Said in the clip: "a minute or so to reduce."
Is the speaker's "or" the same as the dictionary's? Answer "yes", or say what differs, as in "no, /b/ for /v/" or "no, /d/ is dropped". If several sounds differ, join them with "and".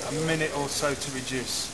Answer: no, /l/ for /ɹ/